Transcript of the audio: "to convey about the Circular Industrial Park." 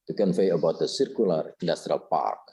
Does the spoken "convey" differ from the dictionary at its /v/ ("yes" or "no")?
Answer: yes